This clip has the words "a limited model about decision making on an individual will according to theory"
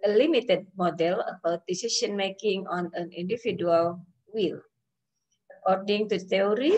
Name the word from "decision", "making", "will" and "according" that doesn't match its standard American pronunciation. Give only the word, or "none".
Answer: decision